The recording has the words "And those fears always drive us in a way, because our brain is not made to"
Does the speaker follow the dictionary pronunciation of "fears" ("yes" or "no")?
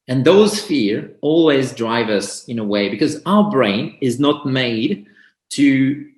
no